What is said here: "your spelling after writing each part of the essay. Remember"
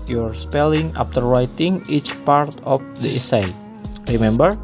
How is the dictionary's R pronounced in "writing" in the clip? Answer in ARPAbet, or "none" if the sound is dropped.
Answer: R